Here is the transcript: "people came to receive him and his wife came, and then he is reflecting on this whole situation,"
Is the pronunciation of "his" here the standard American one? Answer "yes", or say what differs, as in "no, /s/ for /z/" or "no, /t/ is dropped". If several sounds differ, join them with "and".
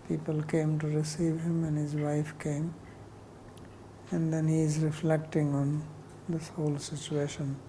yes